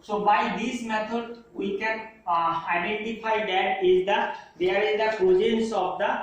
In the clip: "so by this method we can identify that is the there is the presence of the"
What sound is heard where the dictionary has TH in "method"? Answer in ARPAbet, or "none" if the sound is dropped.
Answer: T